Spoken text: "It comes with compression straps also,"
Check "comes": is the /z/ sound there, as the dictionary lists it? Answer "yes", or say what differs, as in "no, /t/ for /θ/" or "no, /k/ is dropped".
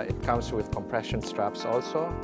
no, /s/ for /z/